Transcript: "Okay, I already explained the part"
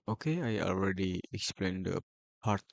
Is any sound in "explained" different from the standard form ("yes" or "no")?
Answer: no